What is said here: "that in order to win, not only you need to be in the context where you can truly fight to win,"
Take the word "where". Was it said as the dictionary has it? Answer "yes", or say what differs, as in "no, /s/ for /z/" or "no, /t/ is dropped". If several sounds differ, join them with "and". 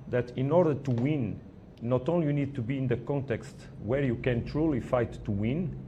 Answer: yes